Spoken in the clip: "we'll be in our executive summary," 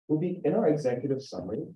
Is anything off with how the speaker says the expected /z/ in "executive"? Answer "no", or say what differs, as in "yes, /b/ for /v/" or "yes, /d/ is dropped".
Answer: no